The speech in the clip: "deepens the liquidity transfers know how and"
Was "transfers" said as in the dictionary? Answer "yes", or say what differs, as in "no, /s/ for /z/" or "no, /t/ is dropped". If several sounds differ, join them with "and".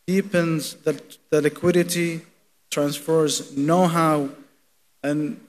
yes